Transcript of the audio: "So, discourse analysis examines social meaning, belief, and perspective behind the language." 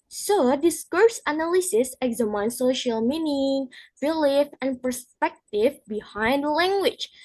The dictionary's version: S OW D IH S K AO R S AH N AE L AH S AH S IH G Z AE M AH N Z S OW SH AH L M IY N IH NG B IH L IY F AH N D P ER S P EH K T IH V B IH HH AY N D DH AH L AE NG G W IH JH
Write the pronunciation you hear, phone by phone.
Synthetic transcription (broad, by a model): S OW D IH S K AO R S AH N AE L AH S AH S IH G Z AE M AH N S OW SH AH L M IY N IH NG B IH L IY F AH N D P ER S P EH K T IH V B IH HH AY N D L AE NG G W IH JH